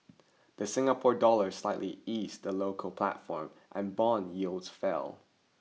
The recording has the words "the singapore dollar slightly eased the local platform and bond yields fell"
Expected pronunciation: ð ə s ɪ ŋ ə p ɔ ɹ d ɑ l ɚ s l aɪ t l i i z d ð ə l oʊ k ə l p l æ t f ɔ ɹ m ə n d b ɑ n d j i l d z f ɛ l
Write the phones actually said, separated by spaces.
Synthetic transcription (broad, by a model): ð ə s ɪ ŋ ə p ɔ ɹ d ɑ l ɚ s l aɪ t l i i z ð ə l oʊ k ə l p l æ t f ɔ ɹ m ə n b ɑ n j i l d z f ɛ l